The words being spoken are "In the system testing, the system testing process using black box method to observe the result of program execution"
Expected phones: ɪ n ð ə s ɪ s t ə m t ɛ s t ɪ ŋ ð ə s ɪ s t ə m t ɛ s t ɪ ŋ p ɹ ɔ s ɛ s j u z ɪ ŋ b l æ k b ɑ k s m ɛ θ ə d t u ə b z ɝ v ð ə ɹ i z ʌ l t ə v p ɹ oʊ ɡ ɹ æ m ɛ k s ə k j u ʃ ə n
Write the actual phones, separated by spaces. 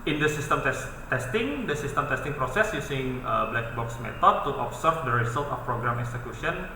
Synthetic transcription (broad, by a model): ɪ n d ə s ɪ s t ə m t ɛ s t ɪ ŋ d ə s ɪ s t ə m t ɛ s t ɪ ŋ p ɹ ɔ s ɛ s j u s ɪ ŋ b l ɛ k b ɑ k s m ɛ t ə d t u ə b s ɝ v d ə ɹ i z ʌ l t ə f p ɹ oʊ ɡ ɹ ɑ m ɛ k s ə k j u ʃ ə n